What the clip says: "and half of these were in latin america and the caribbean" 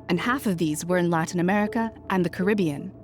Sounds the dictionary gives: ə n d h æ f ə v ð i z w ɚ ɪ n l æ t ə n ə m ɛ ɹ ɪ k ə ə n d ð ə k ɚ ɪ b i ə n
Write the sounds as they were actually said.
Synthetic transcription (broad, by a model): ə n h æ f ə v ð i z w ɚ ɪ n l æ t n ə m ɛ ɹ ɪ k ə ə n ð ə k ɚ ɪ b i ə n